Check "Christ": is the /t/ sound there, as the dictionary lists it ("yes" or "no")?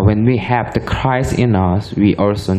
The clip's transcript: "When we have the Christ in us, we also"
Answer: no